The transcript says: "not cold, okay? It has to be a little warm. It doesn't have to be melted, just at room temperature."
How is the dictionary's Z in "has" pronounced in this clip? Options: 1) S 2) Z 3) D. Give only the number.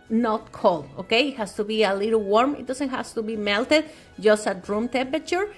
1